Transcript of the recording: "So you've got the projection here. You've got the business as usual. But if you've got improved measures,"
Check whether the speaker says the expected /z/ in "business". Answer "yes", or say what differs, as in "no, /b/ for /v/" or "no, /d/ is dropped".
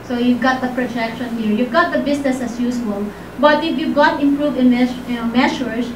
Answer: no, /s/ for /z/